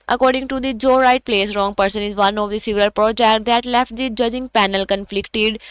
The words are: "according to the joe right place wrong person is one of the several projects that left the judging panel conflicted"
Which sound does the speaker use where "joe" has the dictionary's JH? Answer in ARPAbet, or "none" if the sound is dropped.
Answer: JH